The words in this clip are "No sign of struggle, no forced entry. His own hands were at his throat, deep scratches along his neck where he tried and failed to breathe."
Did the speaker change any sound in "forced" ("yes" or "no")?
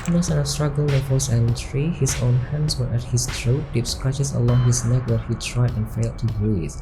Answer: yes